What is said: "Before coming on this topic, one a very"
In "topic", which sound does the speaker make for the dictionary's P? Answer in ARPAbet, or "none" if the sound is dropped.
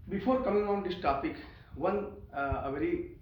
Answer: P